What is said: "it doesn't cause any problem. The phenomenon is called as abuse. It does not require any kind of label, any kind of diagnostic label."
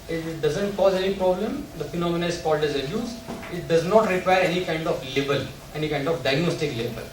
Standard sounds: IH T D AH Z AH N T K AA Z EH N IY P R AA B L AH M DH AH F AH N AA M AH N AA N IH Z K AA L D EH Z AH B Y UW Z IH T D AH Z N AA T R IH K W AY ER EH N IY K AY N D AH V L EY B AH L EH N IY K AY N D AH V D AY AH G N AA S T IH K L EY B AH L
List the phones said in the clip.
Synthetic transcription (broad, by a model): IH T D AH Z AH N T K AA Z EH N IY P R AA B L AH M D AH F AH N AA M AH N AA IH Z K AA L D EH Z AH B Y UW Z IH T D AH Z N AA T R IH K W AY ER EH N IY K AY N D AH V L EY B AH L EH N IY K AY N D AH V D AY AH G N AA S T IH K L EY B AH L